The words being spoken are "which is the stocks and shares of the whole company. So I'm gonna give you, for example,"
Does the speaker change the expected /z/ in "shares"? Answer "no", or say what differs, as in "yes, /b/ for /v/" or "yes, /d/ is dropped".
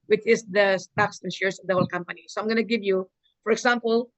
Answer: yes, /s/ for /z/